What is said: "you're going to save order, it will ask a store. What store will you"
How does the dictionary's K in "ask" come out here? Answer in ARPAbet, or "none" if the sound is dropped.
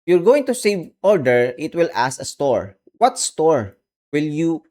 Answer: none